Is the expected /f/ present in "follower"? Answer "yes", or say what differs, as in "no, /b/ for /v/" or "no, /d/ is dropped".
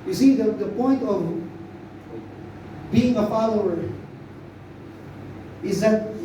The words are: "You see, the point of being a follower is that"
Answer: yes